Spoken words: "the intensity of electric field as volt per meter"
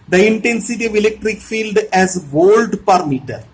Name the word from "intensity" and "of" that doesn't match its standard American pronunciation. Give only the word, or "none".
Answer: none